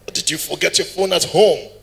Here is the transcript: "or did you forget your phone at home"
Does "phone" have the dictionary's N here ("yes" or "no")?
yes